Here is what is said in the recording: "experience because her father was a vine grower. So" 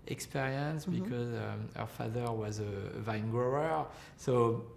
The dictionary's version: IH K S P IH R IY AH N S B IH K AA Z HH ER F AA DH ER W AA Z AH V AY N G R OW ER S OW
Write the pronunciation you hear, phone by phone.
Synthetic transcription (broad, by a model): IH K S P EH R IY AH N S B IH K AA Z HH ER F AA DH ER W AA Z AH V AY N G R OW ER S OW